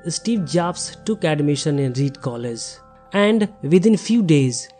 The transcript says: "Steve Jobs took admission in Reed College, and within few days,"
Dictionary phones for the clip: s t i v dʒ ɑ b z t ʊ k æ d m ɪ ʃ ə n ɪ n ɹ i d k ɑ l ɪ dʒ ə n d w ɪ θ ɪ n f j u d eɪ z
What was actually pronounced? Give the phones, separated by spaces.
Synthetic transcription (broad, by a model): s t i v dʒ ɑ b s t ʊ k æ d m ɪ ʃ ə n ɪ n ɹ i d k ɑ l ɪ z ə n d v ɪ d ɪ n f j u d eɪ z